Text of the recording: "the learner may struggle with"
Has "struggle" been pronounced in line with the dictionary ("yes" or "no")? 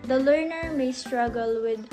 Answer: yes